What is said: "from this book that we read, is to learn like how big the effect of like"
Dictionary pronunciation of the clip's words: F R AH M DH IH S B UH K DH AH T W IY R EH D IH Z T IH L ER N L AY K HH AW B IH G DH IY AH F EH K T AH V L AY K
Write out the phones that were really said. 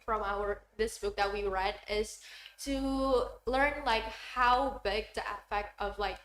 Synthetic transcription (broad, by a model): F R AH M DH IH S B UH K DH AH T W IY R EH D IH Z T IH L ER N L AY K HH AW B IH G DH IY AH P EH K T AH V L AY K